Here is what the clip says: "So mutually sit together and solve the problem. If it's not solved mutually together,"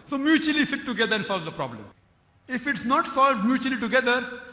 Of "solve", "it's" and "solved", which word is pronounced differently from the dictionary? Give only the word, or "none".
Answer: none